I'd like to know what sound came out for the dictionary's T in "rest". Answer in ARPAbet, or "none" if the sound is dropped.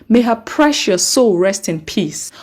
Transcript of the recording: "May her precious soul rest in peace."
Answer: T